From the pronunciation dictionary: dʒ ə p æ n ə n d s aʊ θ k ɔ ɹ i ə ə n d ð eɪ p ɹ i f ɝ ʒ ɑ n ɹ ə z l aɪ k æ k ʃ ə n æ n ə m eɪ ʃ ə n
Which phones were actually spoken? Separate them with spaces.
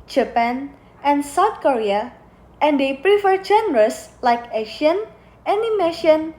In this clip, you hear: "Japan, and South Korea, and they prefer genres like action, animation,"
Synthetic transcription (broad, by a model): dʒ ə p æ n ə n s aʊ t k ɔ ɹ i ə ə n d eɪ p ɹ i f ɝ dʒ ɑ n ɹ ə s l aɪ k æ ʃ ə n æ n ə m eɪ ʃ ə n